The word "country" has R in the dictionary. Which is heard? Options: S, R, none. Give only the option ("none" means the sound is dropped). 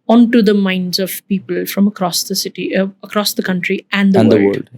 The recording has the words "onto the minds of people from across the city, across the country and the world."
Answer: R